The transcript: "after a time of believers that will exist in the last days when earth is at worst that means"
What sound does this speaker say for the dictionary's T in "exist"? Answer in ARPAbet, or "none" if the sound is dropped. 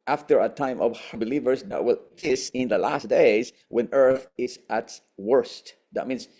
none